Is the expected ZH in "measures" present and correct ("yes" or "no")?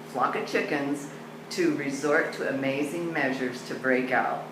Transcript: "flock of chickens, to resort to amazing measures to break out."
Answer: yes